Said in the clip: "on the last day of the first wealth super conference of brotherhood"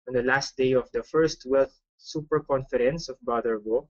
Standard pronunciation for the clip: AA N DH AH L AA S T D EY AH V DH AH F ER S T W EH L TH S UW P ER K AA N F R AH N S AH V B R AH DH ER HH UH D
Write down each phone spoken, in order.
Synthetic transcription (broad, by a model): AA N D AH L AA S T D EY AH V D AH F ER S T W EH L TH S UW P ER K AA N F R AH N S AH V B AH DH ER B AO